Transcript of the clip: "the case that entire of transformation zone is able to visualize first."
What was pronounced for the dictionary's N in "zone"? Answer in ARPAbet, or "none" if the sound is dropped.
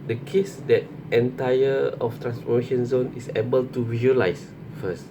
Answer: N